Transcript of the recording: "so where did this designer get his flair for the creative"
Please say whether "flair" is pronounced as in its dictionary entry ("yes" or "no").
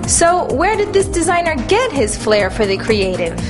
yes